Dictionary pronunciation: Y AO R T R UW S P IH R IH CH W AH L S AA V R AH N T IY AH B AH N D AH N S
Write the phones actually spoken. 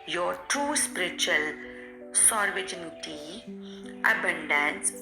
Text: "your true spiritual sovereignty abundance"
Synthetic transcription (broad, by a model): Y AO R T UW S P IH R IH CH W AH L S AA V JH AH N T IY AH B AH N D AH N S